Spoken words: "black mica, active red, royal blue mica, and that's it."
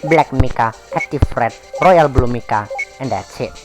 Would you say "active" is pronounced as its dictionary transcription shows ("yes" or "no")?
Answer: no